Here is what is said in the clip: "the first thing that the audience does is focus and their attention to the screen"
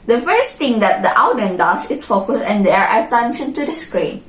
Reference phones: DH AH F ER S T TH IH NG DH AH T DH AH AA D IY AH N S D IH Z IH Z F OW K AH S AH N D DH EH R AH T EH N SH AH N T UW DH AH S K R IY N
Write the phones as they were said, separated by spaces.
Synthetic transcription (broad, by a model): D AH F ER S T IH NG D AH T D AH AA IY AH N D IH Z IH S F OW K AH S AH N D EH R AH T EH N SH AH N T UW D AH S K R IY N